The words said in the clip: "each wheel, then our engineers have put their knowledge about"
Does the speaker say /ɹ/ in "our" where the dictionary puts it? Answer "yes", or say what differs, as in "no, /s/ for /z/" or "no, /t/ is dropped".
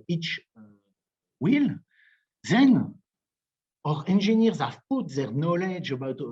yes